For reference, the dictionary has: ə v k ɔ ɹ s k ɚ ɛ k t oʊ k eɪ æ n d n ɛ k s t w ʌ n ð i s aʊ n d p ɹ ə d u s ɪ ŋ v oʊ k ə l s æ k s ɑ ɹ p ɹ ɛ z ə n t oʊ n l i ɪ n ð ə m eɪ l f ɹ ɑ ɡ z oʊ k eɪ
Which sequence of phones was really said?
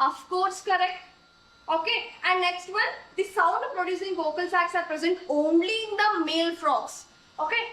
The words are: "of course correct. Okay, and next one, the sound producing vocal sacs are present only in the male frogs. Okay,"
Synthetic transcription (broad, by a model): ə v k ɔ ɹ s k ɚ ɛ k t oʊ k eɪ æ n d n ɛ k s t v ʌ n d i s aʊ n d p ɹ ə d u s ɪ ŋ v oʊ k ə l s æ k s ɑ ɹ p ɹ ɛ z ə n t oʊ n l i ɪ n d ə m eɪ l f ɹ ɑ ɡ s oʊ k eɪ